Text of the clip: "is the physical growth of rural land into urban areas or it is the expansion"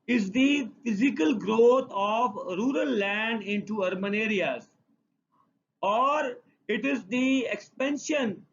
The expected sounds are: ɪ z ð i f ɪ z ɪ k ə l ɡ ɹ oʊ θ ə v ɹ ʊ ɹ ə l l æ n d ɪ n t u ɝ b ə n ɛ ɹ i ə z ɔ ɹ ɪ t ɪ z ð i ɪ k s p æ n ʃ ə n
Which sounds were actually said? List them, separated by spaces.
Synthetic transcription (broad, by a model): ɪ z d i f ɪ z ɪ k ə l ɡ ɹ oʊ t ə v ɹ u ɹ ə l l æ n d ɪ n t u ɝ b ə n ɛ ɹ i ə z ɔ ɹ ɪ t ɪ z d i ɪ k s p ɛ n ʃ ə n